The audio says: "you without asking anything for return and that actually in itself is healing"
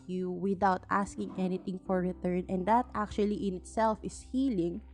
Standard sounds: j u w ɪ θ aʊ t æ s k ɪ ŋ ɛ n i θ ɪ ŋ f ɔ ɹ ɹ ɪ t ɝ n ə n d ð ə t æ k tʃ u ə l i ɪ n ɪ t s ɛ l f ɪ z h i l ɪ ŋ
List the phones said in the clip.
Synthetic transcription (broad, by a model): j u w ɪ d aʊ t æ s k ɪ ŋ ɛ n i t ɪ ŋ f ɔ ɹ ɹ ɪ t ɝ n ə n d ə t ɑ k tʃ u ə l i ɪ n ɪ t s ɛ l f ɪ s h i l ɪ ŋ